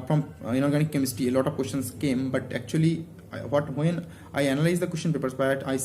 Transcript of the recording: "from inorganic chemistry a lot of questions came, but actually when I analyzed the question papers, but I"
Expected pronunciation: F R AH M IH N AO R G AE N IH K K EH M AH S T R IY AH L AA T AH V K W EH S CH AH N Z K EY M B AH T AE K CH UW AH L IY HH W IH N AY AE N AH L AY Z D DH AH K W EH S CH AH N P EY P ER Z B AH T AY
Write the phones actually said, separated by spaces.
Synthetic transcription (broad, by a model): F R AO M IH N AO R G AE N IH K K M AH S T IY AH L AA T AH V K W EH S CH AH N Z K EY M B AH T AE K CH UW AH L IY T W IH N AY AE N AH L AY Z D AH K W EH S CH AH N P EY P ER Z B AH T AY